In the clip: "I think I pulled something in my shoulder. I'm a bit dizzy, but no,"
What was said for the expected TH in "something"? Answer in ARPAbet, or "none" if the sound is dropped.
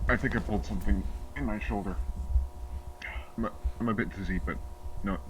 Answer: TH